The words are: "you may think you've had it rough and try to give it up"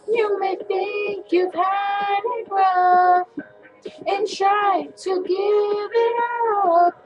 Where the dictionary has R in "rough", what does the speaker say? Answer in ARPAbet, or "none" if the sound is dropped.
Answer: W